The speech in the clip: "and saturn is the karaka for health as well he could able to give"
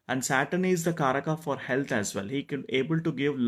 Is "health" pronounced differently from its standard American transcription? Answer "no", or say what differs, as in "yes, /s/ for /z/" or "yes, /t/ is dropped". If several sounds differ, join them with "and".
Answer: yes, /t/ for /θ/